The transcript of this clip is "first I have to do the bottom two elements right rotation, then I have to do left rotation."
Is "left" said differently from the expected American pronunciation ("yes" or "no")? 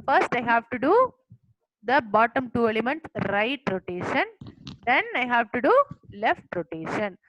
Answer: no